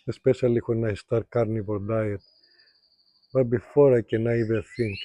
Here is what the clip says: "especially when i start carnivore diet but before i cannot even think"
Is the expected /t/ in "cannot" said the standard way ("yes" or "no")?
no